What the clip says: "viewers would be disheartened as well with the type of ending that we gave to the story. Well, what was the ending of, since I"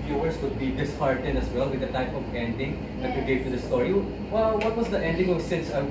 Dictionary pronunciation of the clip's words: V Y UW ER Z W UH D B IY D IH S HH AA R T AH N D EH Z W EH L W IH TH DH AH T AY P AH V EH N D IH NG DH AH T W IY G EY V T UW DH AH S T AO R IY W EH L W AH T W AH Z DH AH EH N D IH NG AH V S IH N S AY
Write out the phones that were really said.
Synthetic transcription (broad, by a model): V Y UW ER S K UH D B IY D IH S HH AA R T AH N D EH S W EH L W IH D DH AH T AY P AH V EH N D IH NG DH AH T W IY G EY V T UW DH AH S T AO R IY W EH L W AH T W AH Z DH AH EH N D IH NG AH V S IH S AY